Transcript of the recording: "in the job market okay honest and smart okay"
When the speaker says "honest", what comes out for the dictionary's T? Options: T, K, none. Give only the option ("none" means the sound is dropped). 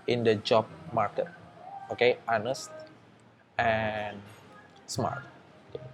T